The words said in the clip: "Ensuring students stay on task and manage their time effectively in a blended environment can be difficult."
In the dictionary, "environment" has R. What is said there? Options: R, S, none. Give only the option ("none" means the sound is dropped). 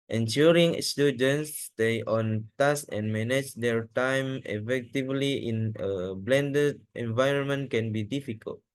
R